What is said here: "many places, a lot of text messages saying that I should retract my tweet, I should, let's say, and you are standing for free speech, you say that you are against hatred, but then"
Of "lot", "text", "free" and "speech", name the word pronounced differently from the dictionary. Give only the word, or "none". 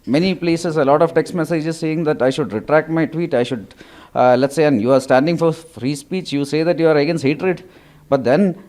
none